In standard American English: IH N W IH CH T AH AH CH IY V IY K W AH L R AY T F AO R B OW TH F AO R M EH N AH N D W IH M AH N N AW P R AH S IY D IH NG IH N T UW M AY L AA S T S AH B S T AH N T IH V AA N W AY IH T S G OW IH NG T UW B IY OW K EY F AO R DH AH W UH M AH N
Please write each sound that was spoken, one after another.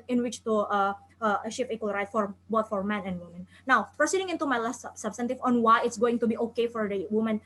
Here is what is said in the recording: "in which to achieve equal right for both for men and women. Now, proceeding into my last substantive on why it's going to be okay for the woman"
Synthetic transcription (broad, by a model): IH N W IH CH T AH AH SH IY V IY K W AH L R AY T F AO R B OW T F AO R M EH N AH N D W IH M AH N N AW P AH S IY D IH NG IH N T UW M AY L AA S T S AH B S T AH N T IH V AA N W AY IH T S G OW IH NG T UW B IY OW K EY F AO R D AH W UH M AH N